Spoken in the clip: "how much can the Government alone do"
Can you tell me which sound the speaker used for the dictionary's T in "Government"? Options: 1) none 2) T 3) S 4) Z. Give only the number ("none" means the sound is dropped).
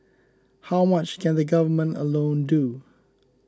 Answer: 2